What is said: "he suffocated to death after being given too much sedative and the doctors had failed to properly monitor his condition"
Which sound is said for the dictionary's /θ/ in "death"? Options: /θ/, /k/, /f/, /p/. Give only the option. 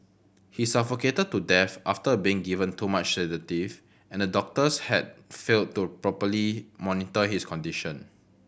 /f/